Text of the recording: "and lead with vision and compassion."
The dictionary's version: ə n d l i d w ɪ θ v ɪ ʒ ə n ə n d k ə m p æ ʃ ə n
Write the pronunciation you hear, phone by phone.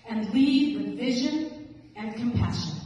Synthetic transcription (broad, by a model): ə n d l i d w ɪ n v ɪ ʒ ə n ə n k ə m p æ ʃ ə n